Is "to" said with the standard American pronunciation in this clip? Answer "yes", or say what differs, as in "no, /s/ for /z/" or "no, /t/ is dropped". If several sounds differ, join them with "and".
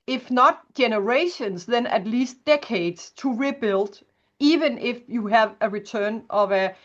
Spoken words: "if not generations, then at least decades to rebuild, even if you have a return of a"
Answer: yes